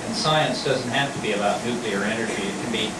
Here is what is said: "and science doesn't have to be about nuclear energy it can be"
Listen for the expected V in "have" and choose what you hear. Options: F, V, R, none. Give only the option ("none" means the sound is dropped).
F